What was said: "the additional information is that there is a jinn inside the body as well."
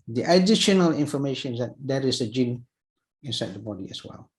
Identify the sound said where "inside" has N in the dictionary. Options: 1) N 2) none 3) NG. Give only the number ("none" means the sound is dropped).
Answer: 1